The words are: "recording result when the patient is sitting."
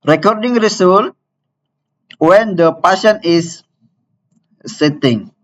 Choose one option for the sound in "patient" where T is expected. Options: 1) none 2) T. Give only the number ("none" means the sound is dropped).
1